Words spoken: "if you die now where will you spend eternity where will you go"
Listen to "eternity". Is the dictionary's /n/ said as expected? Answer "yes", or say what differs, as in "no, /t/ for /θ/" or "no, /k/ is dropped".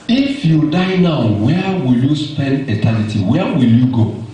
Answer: no, /l/ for /n/